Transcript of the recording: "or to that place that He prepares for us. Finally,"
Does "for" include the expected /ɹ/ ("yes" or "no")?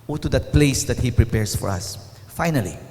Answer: yes